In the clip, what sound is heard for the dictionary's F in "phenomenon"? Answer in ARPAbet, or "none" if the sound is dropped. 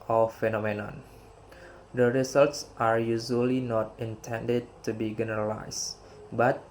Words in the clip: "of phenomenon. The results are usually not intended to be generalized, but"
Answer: F